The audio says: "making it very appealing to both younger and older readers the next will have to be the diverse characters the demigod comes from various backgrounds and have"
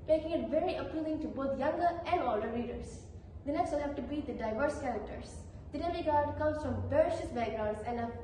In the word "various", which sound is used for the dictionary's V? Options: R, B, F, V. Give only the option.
B